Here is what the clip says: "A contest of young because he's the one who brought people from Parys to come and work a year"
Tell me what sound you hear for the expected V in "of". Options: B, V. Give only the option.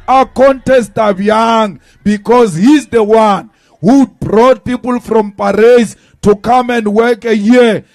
B